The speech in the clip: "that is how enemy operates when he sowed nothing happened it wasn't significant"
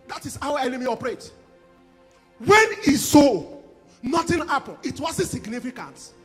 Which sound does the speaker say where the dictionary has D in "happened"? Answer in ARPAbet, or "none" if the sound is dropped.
none